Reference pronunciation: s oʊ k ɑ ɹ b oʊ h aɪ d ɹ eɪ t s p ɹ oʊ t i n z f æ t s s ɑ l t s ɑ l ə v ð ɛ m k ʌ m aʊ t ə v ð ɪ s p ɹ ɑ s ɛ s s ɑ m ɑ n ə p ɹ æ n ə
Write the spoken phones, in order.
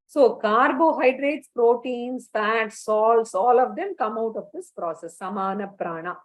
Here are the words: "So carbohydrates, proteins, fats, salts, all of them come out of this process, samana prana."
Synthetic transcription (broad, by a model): s oʊ k ɑ ɹ b oʊ h aɪ d ɹ eɪ t s p ɹ oʊ t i n s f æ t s s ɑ l s ɑ l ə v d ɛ m k ʌ m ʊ t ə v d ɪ s p ɹ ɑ s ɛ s s ɑ m ɑ n ə p ɹ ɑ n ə